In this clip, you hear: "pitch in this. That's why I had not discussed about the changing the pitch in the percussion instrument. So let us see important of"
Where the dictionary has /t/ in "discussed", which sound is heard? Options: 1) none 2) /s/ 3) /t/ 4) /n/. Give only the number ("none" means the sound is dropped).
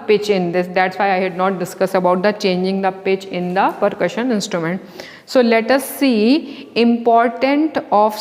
1